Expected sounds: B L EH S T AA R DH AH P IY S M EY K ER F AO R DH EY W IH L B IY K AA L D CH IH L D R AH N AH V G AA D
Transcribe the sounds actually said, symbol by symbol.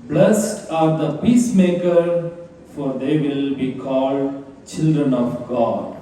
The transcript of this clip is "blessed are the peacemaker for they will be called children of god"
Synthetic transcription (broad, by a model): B L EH S T AA R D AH P IY S M EY K ER F AO R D EY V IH L B IY K AA L D CH IH L D R AH N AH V G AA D